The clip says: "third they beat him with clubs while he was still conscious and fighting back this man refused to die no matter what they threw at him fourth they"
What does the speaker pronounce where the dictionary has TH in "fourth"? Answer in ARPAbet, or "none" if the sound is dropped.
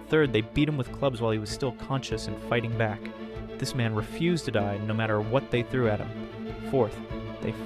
TH